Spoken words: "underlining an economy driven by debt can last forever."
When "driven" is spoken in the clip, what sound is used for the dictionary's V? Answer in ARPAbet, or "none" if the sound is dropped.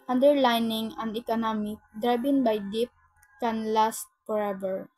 B